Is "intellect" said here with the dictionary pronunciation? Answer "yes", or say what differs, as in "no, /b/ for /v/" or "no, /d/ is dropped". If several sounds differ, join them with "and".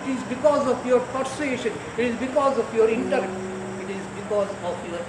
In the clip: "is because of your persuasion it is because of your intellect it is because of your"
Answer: no, /k/ is dropped